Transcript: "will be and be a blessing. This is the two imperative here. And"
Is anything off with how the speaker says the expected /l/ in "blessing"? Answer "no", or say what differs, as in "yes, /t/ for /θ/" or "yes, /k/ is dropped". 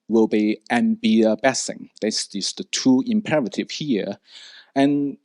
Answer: yes, /l/ is dropped